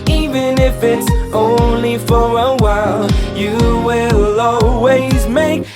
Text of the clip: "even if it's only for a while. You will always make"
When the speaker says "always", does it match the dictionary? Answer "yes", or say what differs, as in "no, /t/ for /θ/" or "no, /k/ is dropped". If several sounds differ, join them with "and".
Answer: yes